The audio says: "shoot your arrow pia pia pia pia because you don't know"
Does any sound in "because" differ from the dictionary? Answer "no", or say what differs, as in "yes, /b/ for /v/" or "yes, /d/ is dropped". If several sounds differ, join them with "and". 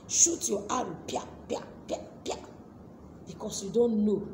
yes, /s/ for /z/